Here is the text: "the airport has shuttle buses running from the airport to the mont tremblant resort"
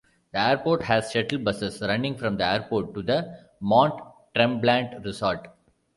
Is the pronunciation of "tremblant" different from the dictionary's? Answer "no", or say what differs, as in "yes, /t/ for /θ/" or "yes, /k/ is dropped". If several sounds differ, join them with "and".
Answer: no